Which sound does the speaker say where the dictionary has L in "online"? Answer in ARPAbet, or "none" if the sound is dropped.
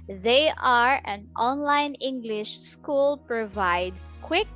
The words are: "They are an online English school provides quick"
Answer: L